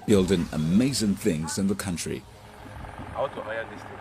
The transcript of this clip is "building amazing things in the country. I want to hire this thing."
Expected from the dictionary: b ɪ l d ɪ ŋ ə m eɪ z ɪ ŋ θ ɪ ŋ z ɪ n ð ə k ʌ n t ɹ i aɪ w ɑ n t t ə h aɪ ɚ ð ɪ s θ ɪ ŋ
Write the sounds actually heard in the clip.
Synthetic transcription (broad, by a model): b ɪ l d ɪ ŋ ə m eɪ z ɪ ŋ θ ɪ ŋ z ɪ n ð ə k ʌ n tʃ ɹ i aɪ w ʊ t t ə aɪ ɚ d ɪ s